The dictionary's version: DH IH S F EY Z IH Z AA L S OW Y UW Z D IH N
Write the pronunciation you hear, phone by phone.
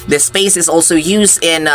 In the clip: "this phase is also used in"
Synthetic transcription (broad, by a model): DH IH S P EY S IH Z AA L S OW Y UW Z D IH N